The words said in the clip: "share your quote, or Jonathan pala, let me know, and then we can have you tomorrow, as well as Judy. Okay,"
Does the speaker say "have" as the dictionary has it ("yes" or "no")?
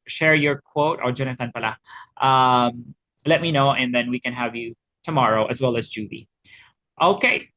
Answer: yes